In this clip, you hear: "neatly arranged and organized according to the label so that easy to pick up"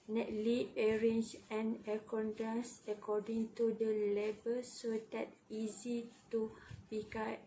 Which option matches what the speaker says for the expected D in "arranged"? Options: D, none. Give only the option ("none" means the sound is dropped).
none